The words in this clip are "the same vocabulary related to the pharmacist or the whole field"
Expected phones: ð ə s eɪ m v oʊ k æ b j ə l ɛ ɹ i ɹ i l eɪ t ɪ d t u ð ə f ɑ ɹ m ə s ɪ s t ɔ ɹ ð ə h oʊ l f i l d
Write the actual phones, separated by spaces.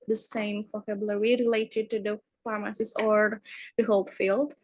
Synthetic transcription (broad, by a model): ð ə s eɪ m f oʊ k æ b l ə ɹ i ɹ i l eɪ t ɪ d t u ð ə f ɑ ɹ m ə s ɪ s ɔ ɹ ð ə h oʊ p f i l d